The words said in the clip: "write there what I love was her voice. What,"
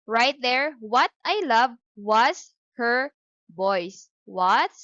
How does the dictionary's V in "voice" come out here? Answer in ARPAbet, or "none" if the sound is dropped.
B